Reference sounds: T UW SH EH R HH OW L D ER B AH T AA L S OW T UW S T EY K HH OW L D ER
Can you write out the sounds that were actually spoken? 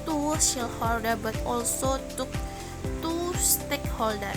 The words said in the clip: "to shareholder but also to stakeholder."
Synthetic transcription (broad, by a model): T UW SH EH L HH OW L D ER B AH T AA L S OW T UW S T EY K HH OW L D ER